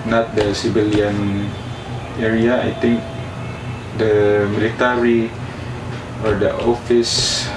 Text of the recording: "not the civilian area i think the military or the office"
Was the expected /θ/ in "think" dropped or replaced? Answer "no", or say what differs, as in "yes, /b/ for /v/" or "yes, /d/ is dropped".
yes, /t/ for /θ/